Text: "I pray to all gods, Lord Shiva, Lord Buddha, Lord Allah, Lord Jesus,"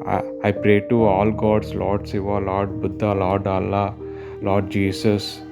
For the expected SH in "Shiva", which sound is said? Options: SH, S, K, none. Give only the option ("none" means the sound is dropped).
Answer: S